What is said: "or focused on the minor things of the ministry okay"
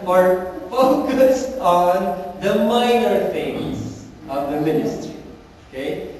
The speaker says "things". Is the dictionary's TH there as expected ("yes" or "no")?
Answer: no